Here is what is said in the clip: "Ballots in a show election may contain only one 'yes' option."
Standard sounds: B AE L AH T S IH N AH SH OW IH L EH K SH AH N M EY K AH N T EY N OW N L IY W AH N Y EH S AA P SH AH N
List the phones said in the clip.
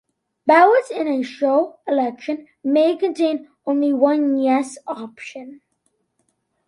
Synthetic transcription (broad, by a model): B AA AH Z IH N AH SH OW IH L EH K SH AH N M EY K AH N T EY N OW N L IY W AH N Y EH S AA P SH AH N